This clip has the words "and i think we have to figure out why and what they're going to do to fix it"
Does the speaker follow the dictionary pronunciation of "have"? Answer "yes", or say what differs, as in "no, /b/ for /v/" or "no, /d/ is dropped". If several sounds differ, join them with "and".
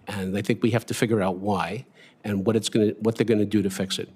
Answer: no, /f/ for /v/